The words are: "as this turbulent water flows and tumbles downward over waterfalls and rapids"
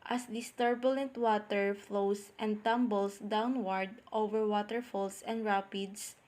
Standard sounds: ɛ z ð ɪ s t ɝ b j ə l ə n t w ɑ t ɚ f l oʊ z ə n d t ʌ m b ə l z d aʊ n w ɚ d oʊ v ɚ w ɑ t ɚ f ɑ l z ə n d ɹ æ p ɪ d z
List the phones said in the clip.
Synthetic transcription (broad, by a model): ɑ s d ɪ s t ɝ b j ə l ə n t w ɑ t ɚ f l oʊ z ə n d t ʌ m b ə l s d aʊ n w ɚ d oʊ v ɚ w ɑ t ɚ f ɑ l s ə n d ɹ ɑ p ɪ d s